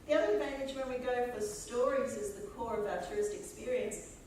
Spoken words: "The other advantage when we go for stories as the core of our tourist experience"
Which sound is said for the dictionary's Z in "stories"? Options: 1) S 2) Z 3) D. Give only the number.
2